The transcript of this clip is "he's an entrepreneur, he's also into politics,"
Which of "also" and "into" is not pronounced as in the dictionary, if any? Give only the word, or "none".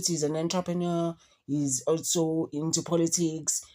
none